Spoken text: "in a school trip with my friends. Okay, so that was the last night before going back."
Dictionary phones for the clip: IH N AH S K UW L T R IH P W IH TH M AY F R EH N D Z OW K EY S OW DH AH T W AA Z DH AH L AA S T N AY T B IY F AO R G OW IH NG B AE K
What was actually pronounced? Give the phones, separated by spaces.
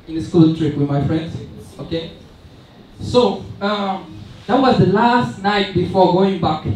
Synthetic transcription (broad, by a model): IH N AH S K UW L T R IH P W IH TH M AY F R EH N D S OW K EY S OW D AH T W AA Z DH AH L AA S T N AY T B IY F AO G OW IH NG B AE K